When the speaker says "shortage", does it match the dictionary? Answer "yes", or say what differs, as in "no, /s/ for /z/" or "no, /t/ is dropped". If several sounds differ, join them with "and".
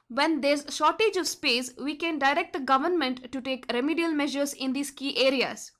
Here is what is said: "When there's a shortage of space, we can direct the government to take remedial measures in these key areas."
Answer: yes